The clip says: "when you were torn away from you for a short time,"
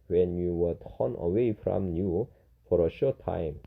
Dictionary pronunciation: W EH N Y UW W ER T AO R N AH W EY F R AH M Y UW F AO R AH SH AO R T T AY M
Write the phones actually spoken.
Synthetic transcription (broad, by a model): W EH N Y UW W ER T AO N AH W EY F R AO M Y UW F AO R AH SH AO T T AY M